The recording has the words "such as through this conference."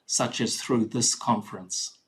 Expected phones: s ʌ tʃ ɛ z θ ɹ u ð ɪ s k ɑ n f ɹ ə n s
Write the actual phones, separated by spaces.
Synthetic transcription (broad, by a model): s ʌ tʃ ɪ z θ ɹ u ð ɪ s k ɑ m f ɹ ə n s